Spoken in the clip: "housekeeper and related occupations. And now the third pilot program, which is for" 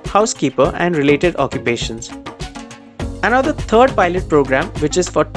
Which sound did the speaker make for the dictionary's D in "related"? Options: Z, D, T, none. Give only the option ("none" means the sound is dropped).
D